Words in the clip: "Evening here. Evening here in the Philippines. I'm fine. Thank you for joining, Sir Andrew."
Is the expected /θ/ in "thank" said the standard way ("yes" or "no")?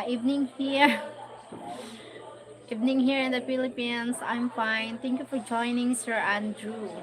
no